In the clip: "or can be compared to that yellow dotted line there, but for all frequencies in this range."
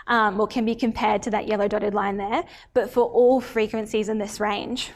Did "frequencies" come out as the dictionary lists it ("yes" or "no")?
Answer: yes